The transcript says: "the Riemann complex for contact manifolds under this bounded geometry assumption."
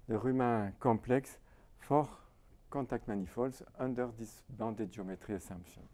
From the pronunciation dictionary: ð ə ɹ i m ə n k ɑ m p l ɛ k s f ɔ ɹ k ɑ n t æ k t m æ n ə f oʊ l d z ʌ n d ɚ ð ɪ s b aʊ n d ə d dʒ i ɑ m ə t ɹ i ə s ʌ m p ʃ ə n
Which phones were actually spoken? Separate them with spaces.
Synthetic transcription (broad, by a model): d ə ɹ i m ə k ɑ p l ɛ k s f ɔ ɹ k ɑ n t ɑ k t m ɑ n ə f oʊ l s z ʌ n d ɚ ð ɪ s b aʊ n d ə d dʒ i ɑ m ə t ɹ i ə s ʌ m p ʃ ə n